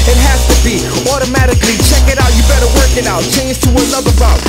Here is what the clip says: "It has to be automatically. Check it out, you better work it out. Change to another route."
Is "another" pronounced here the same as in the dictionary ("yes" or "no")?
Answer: no